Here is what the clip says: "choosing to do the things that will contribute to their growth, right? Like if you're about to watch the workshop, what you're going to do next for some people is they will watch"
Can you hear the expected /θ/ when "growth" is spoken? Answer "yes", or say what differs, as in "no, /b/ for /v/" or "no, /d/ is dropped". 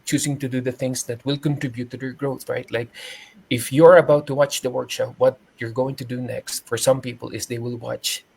yes